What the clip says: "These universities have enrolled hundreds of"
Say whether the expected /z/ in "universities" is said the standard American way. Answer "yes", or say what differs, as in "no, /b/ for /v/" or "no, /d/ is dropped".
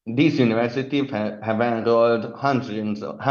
no, /z/ is dropped